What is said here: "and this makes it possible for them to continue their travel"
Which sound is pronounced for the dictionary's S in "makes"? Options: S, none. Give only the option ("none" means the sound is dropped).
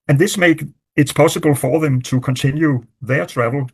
none